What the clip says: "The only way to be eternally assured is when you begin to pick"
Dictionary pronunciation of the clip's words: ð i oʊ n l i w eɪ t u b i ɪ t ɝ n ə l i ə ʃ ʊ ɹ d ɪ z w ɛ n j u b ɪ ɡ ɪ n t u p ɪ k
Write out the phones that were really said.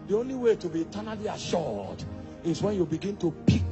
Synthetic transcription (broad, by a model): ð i oʊ n l i w eɪ t u b i t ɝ n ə l i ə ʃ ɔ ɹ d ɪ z w ɛ n j u b ɪ ɡ ɪ n t u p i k